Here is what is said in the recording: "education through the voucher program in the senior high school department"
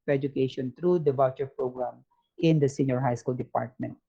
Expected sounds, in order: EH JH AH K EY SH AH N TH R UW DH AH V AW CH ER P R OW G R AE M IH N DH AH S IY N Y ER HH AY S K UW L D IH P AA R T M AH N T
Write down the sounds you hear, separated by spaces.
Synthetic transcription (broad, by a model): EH JH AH K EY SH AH N T R UW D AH B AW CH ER P R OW G R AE M IH N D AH S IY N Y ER HH AY S K UW L D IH P AA R T M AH N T